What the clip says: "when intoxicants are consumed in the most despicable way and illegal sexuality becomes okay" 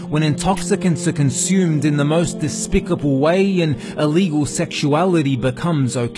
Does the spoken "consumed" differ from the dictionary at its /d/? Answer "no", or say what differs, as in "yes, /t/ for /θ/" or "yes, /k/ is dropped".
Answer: no